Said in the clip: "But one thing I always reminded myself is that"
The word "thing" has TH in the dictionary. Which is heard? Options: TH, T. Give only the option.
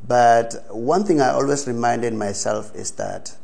TH